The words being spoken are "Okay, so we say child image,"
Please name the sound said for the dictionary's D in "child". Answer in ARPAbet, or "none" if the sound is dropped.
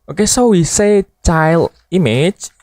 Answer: none